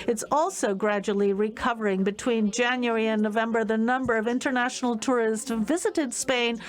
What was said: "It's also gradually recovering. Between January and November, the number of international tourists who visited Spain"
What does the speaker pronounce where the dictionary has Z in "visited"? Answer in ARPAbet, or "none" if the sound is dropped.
Z